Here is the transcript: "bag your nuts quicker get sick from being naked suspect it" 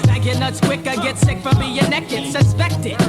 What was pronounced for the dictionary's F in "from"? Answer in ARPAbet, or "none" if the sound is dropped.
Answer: F